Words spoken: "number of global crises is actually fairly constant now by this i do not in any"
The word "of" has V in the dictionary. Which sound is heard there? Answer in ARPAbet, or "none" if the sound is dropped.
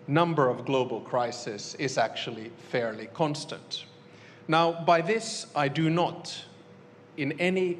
V